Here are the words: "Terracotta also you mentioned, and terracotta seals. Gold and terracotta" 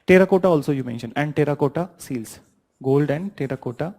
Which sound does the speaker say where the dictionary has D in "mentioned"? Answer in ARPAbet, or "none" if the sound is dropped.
none